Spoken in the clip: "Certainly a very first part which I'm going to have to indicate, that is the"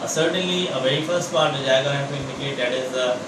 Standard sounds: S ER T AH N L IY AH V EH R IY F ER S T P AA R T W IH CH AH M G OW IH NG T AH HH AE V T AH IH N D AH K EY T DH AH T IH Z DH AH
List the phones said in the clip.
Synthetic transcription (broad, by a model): S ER T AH N L IY AH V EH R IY F ER S T P AA R T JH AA AH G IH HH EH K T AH IH N D AH K EY T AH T IH Z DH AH